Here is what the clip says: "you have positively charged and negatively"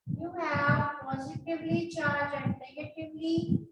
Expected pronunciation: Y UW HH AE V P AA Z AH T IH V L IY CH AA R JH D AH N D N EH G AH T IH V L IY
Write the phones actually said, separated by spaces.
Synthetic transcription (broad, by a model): Y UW HH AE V P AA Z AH T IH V L IY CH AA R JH AH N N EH G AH T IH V L IY